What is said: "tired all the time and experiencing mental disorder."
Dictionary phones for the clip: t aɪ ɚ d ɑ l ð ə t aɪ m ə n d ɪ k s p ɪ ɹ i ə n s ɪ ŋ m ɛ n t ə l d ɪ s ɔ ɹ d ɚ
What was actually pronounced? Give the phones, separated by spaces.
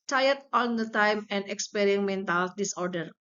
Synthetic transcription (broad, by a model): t aɪ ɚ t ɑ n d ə t aɪ m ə n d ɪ k s p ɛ ɹ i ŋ m ɛ n t ə l d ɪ s ɔ ɹ d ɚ